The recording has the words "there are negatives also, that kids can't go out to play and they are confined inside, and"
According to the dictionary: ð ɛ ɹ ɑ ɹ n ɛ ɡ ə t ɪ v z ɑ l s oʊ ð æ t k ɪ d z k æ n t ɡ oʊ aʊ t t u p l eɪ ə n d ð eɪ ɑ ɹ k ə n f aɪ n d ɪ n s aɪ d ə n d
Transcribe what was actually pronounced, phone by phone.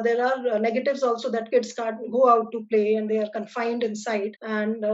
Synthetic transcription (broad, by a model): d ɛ ɹ ɑ ɹ n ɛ ɡ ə t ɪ v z ɑ l s oʊ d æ t k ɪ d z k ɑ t ɡ oʊ aʊ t t u p l eɪ ə n d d eɪ ɑ ɹ k ə n f aɪ n d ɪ n s aɪ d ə n d